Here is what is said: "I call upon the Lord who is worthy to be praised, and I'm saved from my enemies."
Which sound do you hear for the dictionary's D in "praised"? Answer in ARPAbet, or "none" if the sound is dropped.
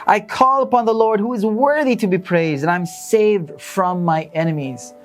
D